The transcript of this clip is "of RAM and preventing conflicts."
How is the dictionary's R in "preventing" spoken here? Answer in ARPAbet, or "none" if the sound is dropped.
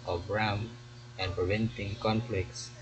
R